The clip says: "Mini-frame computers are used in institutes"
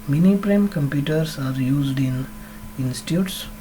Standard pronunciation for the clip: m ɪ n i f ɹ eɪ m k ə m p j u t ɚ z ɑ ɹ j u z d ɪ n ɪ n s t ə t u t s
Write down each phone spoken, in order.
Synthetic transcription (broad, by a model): m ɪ n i p ɹ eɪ m k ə m p j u t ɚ s ɑ ɹ j u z d ɪ n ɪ n s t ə t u t s